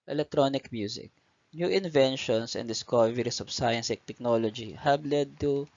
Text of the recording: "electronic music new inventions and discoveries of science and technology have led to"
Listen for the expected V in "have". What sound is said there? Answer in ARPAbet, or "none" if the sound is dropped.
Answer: B